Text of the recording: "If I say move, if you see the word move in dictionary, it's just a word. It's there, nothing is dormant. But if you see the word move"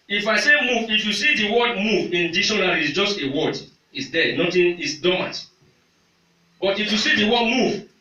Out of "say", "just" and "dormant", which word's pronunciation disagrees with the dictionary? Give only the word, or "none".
dormant